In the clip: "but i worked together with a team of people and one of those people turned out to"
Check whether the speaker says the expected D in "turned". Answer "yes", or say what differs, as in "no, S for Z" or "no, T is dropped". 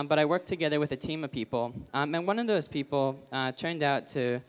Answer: yes